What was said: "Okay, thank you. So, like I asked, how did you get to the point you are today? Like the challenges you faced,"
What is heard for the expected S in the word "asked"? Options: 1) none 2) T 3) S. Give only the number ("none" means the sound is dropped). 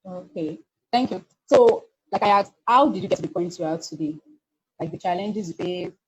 1